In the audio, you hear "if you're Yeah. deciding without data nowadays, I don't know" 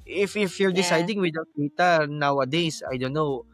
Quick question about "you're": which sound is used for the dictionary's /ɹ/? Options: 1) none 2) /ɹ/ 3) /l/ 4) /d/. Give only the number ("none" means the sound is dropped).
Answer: 2